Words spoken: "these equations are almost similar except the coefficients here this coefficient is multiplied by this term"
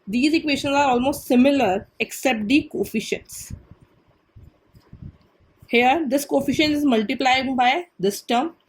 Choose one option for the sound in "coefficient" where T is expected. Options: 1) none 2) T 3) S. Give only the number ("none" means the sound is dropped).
1